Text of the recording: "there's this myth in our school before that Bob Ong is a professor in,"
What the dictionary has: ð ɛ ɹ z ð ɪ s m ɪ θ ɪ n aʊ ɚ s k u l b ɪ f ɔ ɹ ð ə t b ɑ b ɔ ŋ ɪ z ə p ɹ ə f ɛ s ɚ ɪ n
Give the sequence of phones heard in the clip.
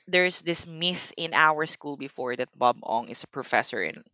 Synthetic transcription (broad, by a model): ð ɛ ɹ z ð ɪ s m ɪ θ ɪ n aʊ ɚ s k u l b ɪ f ɔ ɹ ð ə t b ɑ b ɔ ŋ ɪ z ə p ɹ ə f ɛ s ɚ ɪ n